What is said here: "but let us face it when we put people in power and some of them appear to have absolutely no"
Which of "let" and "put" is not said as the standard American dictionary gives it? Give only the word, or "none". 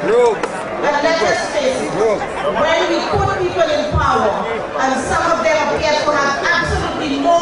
let